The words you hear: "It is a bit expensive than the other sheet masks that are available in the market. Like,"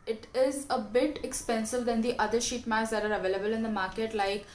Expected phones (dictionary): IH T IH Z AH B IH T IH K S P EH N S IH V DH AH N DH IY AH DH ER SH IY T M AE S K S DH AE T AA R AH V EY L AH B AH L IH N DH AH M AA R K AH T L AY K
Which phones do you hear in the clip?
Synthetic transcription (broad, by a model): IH T IH Z AH B IH T IH K S P EH N S IH V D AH N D IY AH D ER SH IY T M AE K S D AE T AA R AH V EY L AH B AH L IH N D AH M AA R K AH T L AY K